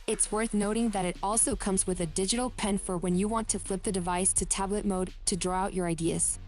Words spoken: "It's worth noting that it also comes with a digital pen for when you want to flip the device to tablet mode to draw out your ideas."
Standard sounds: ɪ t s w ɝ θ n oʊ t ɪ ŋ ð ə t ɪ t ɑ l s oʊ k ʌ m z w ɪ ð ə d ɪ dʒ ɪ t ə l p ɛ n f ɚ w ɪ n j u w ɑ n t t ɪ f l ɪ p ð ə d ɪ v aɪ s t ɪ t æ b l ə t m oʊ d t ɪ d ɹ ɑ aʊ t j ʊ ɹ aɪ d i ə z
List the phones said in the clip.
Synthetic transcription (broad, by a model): ɪ t s w ɝ θ n oʊ t ɪ ŋ ð ə t ɪ t ɑ l s oʊ k ʌ m z w ɪ ð ə d ɪ dʒ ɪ t l p ɛ n f ɚ w ɪ n j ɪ w ɑ n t t ɪ f l ɪ p ð ə d ɪ v aɪ s t ɪ t æ b l ə t m oʊ d t ɪ d ɹ ɑ aʊ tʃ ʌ ɹ aɪ d i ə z